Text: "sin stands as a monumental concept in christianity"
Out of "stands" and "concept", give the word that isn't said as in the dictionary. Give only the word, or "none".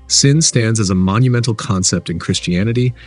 none